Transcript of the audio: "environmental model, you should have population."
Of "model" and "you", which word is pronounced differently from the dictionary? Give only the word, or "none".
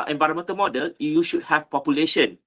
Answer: none